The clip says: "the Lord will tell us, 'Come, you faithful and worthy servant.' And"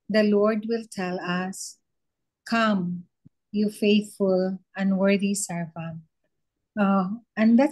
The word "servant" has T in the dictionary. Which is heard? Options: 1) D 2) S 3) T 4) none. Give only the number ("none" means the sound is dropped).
4